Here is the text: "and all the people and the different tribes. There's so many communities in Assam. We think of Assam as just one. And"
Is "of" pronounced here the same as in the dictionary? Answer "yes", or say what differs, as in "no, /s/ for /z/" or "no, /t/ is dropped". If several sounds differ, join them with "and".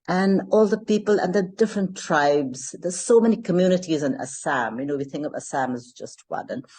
yes